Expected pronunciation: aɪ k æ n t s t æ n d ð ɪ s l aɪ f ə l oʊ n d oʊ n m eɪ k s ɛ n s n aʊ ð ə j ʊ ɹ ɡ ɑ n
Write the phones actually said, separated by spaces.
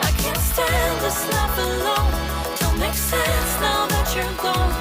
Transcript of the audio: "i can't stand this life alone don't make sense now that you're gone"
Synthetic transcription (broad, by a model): aɪ k æ n t s t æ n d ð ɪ s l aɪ p ə l oʊ n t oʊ l m eɪ k s ɛ n s n aʊ ð ə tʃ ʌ ɹ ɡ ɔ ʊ